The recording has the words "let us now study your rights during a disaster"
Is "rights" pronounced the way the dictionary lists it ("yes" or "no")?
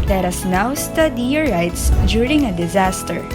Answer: yes